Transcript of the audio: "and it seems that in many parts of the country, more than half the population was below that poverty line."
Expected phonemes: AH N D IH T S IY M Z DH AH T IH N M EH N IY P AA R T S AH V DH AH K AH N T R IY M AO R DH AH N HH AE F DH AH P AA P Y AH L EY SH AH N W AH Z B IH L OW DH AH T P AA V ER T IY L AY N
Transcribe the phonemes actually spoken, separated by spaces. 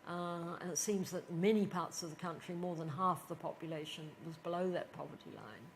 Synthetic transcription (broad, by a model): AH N IH T S IY M Z DH AH T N M EH N IY P AA R T S AH V DH AH K AH N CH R IY M AO R DH AH N HH AE F DH AH P AA P Y AH L EY SH AH N W AH Z B IH L OW DH AH T P AA V ER T IY L AY N